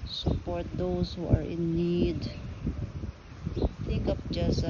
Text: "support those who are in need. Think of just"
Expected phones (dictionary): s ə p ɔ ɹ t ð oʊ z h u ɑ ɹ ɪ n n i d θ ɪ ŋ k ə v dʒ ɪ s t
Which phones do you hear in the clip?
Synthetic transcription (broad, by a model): s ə p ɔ ɹ t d oʊ s h u ɑ ɹ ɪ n n i d t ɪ k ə p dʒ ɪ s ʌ